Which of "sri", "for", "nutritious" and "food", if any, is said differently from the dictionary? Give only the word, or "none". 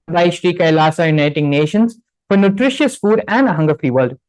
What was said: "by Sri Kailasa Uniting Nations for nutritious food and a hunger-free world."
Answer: none